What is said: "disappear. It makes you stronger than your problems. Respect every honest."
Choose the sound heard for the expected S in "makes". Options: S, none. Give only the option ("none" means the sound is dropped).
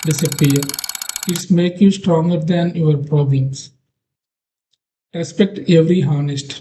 none